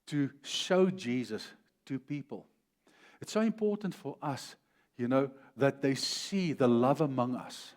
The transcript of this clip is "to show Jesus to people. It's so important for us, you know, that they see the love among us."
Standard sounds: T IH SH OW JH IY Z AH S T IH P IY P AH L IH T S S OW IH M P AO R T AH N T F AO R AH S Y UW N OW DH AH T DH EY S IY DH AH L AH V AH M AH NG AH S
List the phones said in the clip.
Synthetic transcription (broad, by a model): T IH SH OW JH IY Z AH S T IH P IY P AH L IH T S S OW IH M P AO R T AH N T F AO R AH S Y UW N OW DH AH T DH EY S IY DH AH L AH V AH M AH NG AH S